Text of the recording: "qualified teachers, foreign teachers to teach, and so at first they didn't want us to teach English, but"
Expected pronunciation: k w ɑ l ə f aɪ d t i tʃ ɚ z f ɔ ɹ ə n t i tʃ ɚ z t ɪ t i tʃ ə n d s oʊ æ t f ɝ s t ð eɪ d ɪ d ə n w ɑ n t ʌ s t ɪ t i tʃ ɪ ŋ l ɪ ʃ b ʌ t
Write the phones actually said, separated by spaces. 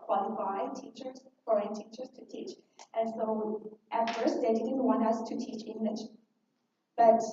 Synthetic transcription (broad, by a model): k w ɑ l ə f aɪ t i tʃ ɚ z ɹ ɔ ə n t i tʃ ɚ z t ɪ t i tʃ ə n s oʊ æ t f ɝ s t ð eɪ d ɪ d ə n w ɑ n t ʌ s t ɪ t i tʃ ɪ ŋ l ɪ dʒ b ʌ t